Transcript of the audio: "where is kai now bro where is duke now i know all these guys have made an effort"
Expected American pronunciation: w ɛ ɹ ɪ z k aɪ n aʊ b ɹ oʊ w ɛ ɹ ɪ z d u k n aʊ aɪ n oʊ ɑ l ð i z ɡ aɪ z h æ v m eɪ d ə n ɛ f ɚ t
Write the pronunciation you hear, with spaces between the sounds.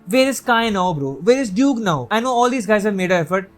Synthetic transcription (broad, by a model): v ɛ ɹ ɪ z k aɪ n aʊ b ɹ oʊ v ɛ ɹ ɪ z d u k n aʊ aɪ n oʊ ɑ l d i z ɡ aɪ z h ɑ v m eɪ d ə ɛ f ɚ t